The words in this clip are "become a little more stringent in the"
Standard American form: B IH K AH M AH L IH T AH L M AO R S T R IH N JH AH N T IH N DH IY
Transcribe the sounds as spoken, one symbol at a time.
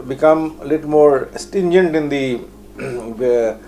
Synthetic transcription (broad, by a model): B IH K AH M AH L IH T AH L M AO R S T IH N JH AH N T IH N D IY